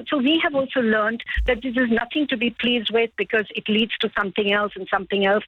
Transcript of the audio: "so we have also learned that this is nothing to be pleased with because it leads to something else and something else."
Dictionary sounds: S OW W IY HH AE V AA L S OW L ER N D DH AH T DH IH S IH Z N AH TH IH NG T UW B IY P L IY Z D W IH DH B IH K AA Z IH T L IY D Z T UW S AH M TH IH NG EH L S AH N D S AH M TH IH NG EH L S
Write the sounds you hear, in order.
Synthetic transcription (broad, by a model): S OW W IY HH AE V AA L S OW L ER N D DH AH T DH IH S IH Z N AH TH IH NG T UW B IY P L IY Z D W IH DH B IH K AA Z IH T L IY D Z T UW S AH M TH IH NG EH L S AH N S AH M TH IH NG EH L S